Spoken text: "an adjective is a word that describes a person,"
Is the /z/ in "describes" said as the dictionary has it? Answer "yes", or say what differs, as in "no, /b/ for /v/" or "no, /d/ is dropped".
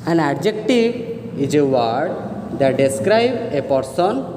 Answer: no, /z/ is dropped